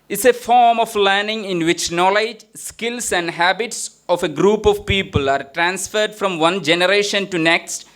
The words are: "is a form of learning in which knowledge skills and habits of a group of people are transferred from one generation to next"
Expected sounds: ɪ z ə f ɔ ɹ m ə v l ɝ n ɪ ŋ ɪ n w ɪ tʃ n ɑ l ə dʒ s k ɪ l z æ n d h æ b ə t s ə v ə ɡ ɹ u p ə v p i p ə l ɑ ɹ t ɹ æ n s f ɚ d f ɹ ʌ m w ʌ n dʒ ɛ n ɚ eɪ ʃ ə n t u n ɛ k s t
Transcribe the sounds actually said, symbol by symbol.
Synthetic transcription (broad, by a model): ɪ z ə f ɔ ɹ m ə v l ɝ n ɪ ŋ ɪ n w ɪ tʃ n ɑ l ə dʒ s k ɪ l s æ n d h æ b ə t s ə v ə ɡ ɹ u p ə v p i p ə l ɑ ɹ t ɹ æ n s f ɚ d f ɹ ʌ m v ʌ n dʒ ɛ n ɚ eɪ ʃ ə n t u n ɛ k s t